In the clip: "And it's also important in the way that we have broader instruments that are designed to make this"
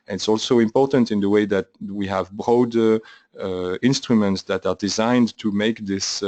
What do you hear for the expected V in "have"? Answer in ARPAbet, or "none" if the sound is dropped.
V